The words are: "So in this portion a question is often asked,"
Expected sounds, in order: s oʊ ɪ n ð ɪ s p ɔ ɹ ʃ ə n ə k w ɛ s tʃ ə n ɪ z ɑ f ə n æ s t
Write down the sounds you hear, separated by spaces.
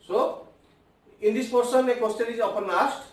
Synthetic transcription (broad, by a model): s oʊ ɪ n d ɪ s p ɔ ɹ s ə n ə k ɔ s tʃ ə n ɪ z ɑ p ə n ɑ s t